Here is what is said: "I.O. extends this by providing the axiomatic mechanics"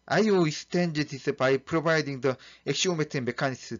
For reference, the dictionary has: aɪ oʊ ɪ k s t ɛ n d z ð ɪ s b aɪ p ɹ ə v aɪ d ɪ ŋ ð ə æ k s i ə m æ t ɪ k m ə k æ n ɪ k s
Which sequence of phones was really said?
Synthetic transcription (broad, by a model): aɪ oʊ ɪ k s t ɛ n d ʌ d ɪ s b aɪ p ɹ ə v aɪ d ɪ ŋ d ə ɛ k ʃ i m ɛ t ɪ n m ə k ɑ n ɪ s